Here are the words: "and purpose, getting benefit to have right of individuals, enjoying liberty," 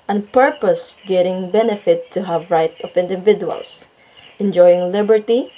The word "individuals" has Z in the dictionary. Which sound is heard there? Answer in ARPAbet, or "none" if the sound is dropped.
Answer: S